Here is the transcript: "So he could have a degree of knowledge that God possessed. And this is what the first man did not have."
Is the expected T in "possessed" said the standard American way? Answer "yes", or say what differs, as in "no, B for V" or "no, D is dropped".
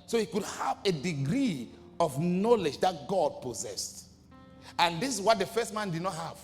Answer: yes